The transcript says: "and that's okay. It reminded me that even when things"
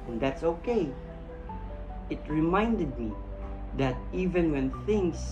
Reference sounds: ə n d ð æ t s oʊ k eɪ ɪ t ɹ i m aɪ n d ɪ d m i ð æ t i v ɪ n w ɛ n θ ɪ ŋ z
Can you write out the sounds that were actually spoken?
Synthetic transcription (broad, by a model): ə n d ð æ t s oʊ k eɪ ɪ t ɹ i m aɪ n d ɪ d m i ð æ t i v ɪ n w ɛ n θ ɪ ŋ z